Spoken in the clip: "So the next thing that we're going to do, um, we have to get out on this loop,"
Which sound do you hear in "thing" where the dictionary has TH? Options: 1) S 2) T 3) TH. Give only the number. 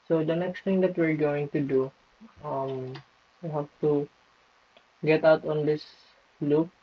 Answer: 2